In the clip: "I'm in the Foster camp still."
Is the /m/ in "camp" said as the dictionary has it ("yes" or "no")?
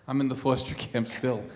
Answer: yes